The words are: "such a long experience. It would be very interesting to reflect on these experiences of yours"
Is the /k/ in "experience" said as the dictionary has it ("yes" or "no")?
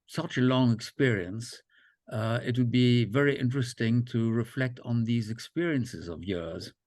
yes